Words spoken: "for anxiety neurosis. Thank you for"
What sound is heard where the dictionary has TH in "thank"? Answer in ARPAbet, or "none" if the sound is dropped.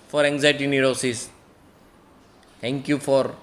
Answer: T